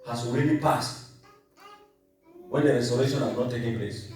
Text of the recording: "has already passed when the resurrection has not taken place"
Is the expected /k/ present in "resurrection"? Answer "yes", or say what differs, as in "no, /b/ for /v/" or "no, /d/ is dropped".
no, /k/ is dropped